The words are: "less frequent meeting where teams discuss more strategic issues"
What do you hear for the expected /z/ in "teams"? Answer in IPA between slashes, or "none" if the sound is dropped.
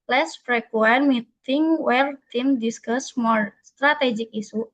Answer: none